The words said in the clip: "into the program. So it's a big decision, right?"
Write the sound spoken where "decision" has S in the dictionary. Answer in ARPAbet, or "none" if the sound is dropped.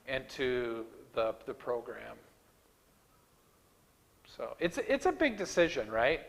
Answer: S